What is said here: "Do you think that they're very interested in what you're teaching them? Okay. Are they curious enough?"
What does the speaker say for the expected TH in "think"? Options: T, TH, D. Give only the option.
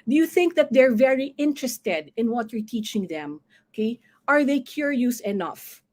TH